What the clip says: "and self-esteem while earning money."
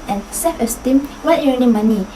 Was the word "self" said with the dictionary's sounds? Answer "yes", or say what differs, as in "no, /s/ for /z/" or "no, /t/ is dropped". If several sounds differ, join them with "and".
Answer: no, /l/ is dropped